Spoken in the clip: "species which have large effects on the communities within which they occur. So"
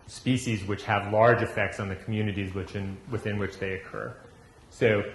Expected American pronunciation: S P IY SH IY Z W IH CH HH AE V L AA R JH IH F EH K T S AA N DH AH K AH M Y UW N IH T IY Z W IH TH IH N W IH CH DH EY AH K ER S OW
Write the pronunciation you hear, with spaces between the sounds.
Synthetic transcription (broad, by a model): S P IY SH IY Z W IH CH HH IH V L AA R JH IH F EH K T S N DH AH K M Y UW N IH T IY Z W IH TH IH N W IH CH DH EY AH K ER S OW